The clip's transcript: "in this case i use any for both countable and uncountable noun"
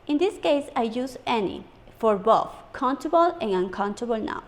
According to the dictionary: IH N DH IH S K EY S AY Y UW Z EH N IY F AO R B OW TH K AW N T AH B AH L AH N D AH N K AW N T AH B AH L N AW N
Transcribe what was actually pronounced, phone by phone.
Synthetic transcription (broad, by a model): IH N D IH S K EY S AY Y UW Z EH N IY F AO R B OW F K AW N T AH B AH L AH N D AH N K AW N T AH B AH L N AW